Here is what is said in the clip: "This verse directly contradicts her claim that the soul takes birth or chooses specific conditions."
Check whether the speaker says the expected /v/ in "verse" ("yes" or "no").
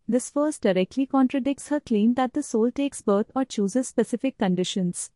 no